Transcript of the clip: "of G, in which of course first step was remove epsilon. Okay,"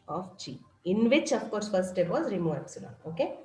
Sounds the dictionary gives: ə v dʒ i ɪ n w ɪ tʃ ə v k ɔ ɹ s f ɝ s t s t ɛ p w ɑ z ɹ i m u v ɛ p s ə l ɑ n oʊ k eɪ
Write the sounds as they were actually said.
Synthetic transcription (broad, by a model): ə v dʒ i ɪ n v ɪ tʃ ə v k ɔ ɹ s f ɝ t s t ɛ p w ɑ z ɹ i m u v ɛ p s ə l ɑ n oʊ k eɪ